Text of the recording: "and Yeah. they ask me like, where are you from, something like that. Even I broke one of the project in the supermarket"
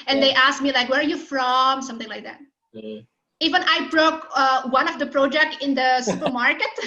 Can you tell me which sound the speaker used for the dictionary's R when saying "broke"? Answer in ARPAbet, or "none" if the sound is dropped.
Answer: R